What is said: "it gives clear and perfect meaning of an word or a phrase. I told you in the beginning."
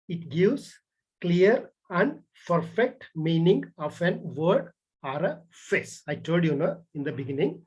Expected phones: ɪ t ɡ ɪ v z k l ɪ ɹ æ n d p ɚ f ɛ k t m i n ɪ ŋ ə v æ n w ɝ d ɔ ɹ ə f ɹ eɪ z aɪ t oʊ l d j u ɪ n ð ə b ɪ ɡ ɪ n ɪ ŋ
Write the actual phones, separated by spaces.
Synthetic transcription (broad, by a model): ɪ t ɡ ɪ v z k l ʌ ɹ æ n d p ɚ f ɛ k t m i n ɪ ŋ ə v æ n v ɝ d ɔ ɹ ə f eɪ s aɪ t oʊ l d j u ɪ n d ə b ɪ ɡ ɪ n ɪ ŋ